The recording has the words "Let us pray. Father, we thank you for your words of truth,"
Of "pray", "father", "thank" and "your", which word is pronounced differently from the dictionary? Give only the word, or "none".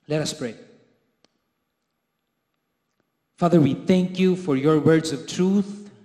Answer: none